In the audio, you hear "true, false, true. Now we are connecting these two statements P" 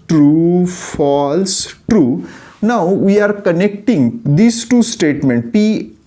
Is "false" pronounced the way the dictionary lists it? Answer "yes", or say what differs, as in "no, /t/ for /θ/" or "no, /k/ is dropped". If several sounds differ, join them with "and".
yes